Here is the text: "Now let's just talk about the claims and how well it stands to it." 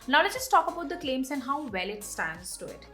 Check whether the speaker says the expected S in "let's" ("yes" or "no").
no